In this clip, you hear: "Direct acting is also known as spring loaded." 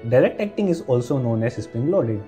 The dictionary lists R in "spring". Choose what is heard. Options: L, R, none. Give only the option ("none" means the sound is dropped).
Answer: none